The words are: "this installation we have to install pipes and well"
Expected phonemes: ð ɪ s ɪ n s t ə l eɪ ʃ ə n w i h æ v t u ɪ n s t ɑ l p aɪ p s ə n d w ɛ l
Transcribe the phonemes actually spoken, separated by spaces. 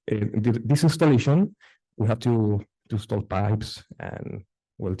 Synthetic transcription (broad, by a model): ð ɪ s ɪ n s t ə l eɪ ʃ ə n w i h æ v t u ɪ s t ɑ l p aɪ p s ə n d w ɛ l